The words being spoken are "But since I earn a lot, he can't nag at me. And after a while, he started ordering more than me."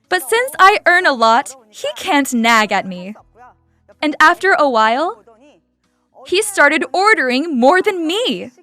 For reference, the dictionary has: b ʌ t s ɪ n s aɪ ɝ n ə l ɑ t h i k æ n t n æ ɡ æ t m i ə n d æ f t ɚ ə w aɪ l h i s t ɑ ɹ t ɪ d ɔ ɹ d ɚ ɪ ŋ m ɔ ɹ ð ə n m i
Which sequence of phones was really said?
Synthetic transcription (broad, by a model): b ʌ t s ɪ n s aɪ ɝ n ə l ɑ t h i k æ n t n æ ɡ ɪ t m i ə n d æ f t ɚ ə w aɪ l h i s t ɑ ɹ t ɪ d ɔ ɹ d ɚ ɪ ŋ m ɔ ɹ ð ə n m i